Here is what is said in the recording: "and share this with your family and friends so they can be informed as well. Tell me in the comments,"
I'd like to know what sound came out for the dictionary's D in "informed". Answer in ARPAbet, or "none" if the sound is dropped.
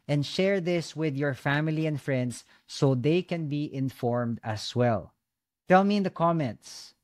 D